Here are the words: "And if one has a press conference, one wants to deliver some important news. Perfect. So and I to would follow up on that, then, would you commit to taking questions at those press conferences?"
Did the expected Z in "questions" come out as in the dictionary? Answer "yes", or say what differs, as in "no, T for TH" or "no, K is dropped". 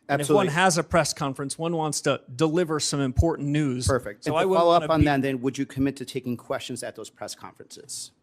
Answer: yes